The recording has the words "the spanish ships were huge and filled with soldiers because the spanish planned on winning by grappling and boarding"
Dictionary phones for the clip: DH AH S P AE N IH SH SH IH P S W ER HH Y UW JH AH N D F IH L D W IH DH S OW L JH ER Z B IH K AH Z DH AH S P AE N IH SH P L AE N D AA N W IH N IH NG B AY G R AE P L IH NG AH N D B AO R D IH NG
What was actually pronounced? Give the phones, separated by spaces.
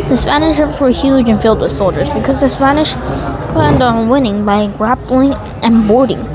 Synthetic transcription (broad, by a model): DH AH S P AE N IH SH SH IH P S W ER HH Y UW JH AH N F IH L D W IH DH S OW L JH ER Z B IH K AH Z DH AH S P AE N IH SH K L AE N D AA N W IH N IH NG B AY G R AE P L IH NG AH N B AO R D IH NG